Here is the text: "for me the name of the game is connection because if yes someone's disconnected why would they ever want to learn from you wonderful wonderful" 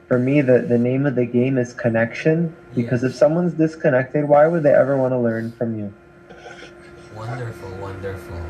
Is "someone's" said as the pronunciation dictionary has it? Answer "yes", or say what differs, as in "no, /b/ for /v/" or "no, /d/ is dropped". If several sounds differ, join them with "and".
yes